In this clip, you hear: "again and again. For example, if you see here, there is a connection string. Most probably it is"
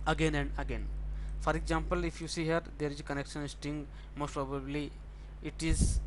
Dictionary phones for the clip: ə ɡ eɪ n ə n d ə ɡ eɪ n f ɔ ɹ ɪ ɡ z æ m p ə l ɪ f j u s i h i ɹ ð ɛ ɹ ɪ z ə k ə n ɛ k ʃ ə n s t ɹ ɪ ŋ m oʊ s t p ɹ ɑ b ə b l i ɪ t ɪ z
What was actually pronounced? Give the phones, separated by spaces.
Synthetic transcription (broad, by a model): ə ɡ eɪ n ə n d ə ɡ eɪ n f ɔ ɹ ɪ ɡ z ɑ m p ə l ɪ f j u s i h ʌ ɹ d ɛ ɹ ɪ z k ə n ɛ k ʃ ə n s t ɪ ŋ m oʊ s t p ɹ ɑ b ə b l i ɪ t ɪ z